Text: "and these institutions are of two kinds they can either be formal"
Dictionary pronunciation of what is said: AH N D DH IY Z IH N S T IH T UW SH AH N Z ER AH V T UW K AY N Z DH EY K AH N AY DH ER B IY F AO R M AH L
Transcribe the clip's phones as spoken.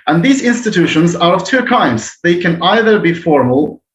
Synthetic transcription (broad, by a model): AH N DH IY Z IH N S T IH T UW SH AH N Z ER AH V T UW K AY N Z DH EY K AH N AY DH ER B IY F AO R M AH L